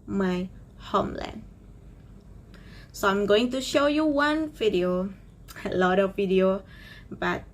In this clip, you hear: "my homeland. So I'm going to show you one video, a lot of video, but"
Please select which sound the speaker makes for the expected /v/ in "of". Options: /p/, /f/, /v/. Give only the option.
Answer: /v/